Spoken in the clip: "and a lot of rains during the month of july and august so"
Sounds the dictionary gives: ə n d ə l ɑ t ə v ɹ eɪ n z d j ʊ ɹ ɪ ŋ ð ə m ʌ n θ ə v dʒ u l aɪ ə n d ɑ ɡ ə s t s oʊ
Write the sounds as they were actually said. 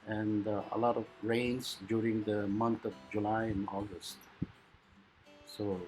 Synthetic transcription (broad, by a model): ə n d ə l ɑ t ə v ɹ eɪ n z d j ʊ ɹ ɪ ŋ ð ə m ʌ n t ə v dʒ u l aɪ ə n ɑ ɡ ə s t s oʊ